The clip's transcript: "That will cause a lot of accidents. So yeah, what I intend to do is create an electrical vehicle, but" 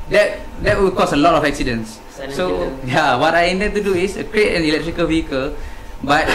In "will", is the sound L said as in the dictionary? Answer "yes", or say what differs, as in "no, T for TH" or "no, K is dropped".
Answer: no, W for L